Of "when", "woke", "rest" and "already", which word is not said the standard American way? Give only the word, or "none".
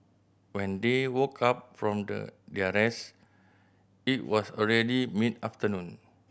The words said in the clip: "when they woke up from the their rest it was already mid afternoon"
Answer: rest